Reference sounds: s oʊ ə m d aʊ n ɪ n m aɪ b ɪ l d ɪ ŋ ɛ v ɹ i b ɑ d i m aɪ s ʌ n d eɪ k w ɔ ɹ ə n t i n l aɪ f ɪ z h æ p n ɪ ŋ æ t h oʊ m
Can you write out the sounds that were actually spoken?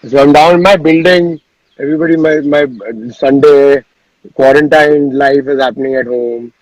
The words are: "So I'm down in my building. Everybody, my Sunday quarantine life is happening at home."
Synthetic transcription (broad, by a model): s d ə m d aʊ ɪ n m aɪ b ɪ l d ɪ ŋ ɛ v ɹ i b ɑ d i m aɪ s ʌ n d eɪ k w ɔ ɹ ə n t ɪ n l aɪ f ɪ z h æ p n ɪ ŋ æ t h oʊ m